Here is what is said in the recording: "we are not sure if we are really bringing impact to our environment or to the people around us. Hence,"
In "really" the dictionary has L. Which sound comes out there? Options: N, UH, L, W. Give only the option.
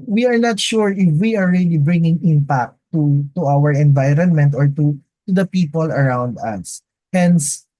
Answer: L